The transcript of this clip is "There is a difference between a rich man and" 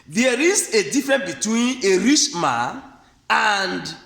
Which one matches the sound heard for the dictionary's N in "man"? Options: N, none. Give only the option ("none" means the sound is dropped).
none